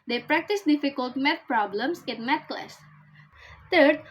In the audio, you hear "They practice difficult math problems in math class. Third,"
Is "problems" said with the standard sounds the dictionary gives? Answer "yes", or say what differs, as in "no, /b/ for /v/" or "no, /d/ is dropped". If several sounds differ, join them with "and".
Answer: no, /s/ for /z/